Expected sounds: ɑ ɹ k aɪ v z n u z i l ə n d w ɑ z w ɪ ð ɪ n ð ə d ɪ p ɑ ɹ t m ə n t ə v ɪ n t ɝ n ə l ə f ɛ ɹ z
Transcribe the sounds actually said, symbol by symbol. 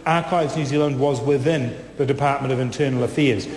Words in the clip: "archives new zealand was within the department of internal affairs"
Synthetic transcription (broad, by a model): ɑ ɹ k aɪ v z n u z i l ə n d w ɑ z w ɪ ð ɪ n ð ə d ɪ p ɑ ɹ t m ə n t ə v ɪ n t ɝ n l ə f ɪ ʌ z